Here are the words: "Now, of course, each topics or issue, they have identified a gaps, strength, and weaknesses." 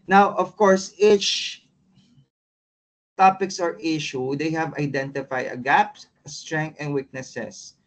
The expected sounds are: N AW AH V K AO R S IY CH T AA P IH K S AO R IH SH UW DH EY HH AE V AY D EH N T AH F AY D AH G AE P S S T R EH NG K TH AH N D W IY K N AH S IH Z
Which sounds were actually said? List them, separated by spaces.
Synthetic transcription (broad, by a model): N AW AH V K AO R S IY CH T AA P IH K S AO R IH SH UW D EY HH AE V AY D EH N T AH F AY D AH G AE P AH S T R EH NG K T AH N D W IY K N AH S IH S